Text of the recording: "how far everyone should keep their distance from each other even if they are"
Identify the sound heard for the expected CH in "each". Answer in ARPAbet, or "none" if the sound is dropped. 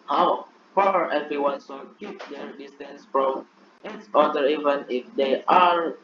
S